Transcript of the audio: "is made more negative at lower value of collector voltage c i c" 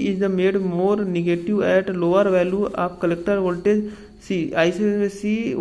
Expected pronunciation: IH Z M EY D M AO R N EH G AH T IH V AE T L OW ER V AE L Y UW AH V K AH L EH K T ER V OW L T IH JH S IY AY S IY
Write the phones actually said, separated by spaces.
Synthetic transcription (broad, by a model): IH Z M EY D M AO R N EH G AH T IH V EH T L OW ER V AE L Y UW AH P K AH L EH K T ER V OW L T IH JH S IY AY S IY